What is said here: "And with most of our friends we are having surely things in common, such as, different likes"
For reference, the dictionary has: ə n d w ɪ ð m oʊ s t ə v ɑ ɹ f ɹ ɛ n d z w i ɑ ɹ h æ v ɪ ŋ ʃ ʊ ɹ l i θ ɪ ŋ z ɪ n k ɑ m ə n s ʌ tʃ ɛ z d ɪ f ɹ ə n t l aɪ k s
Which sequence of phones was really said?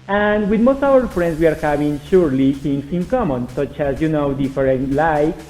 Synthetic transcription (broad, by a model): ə n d w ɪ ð m oʊ s t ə w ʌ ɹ f ɹ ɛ n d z w i ɑ ɹ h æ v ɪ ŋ ʃ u ɹ l i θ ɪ ŋ s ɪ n k ɑ m ə n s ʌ tʃ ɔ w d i f ɹ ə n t l aɪ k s